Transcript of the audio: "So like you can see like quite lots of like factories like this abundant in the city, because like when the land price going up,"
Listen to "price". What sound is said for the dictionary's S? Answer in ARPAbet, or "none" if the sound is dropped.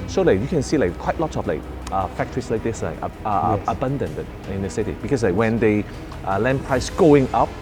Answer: S